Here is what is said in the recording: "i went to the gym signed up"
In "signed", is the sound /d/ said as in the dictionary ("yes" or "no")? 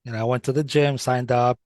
yes